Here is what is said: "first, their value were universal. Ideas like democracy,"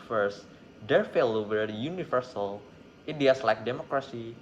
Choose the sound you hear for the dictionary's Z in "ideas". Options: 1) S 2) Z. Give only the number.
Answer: 1